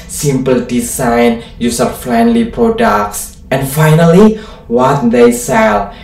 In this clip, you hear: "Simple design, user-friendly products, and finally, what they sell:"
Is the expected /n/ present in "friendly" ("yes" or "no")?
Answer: yes